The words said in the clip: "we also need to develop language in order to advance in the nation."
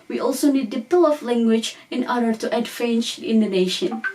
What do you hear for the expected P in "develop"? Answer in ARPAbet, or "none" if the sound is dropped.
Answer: F